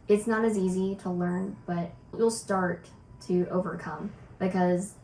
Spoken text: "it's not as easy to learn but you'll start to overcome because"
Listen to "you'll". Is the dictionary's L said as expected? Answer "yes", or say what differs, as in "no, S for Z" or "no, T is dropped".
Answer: yes